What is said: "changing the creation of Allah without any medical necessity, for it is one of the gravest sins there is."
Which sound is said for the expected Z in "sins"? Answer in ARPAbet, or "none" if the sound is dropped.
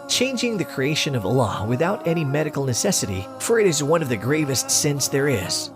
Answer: S